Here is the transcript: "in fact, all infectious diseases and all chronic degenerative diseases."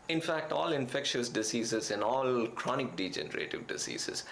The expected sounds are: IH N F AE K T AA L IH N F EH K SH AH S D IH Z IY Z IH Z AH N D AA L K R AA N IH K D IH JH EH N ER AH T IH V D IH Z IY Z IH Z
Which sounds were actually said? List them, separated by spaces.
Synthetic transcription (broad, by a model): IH N F AE K T AA L IH N F EH K SH AH S D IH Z IY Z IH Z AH N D AA L K R AA N IH K D IH JH EH N ER AH T IH V D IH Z IY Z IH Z